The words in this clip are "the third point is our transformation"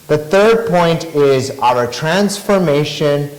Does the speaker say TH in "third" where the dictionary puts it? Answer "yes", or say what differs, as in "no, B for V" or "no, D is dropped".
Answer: yes